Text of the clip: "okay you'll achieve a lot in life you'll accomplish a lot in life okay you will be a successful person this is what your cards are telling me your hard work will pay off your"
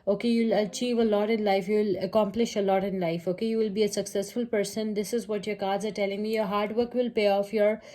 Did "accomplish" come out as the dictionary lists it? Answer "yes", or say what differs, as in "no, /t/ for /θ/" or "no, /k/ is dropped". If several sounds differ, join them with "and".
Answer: yes